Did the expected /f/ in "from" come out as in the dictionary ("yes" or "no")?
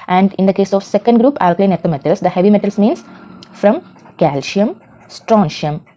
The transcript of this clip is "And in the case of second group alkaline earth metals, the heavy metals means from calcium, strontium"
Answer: yes